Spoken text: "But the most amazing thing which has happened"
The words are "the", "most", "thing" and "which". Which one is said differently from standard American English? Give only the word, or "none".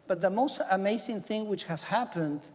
none